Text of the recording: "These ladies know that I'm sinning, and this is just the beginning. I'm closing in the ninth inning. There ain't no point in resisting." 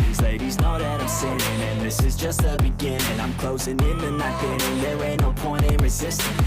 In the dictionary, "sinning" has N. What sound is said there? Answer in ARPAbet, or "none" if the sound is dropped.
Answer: none